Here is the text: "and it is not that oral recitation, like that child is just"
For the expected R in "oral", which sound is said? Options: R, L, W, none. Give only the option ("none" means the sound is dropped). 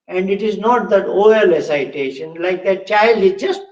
none